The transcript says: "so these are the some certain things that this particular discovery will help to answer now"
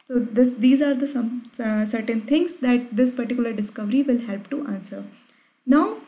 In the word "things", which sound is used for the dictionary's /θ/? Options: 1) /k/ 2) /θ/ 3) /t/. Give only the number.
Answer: 3